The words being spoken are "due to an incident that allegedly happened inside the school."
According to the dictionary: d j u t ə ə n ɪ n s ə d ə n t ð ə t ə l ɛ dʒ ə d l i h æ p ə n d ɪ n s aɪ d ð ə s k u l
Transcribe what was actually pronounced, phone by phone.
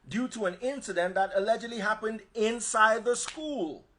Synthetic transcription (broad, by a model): d j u t ə ə n ɪ n s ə d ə n ð ə t ə l ɛ dʒ ə d l i h æ p ə n d ɪ n s aɪ d ð ə s k u l